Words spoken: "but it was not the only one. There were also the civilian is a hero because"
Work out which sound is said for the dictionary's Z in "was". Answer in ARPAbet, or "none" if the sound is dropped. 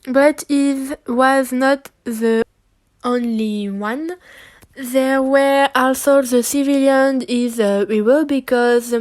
Z